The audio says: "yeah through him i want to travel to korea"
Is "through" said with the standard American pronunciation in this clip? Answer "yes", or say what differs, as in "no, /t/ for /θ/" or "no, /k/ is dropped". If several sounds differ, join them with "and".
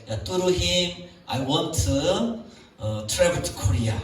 no, /t/ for /θ/